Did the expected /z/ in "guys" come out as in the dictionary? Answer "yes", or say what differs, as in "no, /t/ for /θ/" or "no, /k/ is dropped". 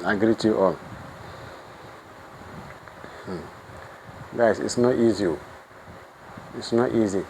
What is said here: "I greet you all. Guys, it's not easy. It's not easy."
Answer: no, /s/ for /z/